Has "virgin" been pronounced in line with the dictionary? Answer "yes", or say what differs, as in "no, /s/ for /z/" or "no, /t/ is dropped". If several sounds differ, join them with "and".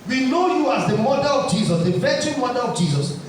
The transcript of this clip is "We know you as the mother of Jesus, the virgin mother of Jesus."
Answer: no, /tʃ/ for /dʒ/